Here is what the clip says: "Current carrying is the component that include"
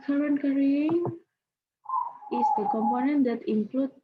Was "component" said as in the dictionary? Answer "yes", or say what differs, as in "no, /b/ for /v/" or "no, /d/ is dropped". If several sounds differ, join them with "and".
yes